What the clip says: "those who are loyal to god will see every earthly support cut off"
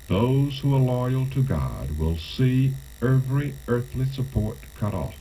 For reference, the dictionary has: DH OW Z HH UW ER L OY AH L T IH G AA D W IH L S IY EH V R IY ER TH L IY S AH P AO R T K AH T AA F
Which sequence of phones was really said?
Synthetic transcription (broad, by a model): DH OW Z HH UW ER L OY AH L T IH G AA D W IH L S IY EH V R IY ER TH L IY S AH P AO R T K AH T AA F